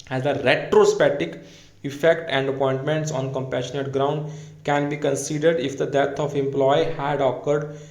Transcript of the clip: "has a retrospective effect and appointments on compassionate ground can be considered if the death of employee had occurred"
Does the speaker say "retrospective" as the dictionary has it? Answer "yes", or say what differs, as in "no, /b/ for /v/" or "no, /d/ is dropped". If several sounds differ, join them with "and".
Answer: no, /k/ is dropped